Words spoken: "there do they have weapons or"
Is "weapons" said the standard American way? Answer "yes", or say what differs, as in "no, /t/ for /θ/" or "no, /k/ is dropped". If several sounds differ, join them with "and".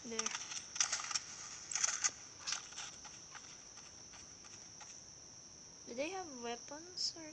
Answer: no, /s/ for /z/